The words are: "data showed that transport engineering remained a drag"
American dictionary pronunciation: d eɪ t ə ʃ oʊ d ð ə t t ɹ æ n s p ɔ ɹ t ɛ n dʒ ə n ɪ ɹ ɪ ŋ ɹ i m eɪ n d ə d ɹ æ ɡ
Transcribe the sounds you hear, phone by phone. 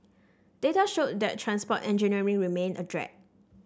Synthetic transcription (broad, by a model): d eɪ t ə ʃ oʊ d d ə t t ɹ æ n s p ɔ t ɛ n dʒ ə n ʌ ɹ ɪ ŋ ɹ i m eɪ n ə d ɹ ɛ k